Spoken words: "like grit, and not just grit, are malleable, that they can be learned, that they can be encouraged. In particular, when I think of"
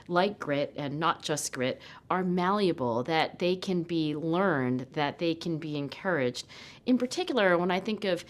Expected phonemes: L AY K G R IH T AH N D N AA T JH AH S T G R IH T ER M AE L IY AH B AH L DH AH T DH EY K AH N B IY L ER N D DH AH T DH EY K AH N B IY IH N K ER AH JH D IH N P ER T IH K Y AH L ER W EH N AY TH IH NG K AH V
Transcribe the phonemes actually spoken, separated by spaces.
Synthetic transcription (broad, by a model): L AY K G R IH T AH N N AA T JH AH S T G R IH T ER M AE L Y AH B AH L DH AH T DH EY K AH N B IY L ER N DH AH T DH EY K AH N B IY IH N K ER AH JH D IH N P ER T IH K Y L ER W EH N AY TH IH NG K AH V